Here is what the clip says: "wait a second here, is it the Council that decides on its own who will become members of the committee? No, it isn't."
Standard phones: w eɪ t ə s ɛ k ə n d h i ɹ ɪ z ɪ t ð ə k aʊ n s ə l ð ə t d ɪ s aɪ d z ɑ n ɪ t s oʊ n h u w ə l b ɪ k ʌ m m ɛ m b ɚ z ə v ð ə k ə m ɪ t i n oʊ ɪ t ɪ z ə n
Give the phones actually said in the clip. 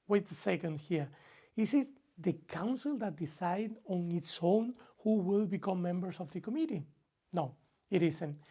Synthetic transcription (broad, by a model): w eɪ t ə s ɛ k ə n d h i ɹ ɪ s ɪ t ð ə k aʊ n s ə l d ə t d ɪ s aɪ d ɑ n ɪ t s oʊ n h u w ə l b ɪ k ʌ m m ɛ m b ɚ s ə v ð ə k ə m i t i n oʊ ɪ t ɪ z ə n